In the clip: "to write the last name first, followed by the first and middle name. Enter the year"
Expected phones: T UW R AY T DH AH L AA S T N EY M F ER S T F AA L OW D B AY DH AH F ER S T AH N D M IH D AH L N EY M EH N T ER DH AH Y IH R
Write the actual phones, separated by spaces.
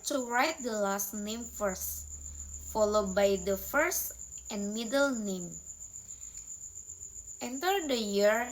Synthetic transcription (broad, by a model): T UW R AY T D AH L AA S T N EY M F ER S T F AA L OW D B AY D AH F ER S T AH N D M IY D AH L N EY M EH N T ER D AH Y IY R